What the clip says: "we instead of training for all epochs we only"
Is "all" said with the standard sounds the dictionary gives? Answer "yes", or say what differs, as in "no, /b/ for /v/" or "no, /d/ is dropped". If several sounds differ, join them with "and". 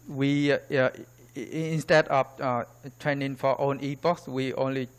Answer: no, /n/ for /l/